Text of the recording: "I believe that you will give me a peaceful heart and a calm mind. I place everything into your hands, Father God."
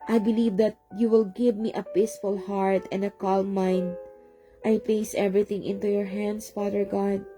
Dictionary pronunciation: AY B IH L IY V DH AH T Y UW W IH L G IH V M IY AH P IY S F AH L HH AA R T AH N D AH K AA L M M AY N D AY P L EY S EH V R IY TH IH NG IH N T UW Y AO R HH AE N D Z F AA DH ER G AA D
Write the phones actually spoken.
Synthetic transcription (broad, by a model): AY B IH L IY V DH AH T Y UW W IH L G IH V M IY AH P IY S F AH L HH AA R T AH N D AH K AA L M M AY N D AY P L EY S EH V R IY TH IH NG IH N T UW Y AO R HH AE N D S F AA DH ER G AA D